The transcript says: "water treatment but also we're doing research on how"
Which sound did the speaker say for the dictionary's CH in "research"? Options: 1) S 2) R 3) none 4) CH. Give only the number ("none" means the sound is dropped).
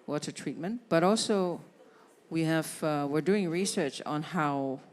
4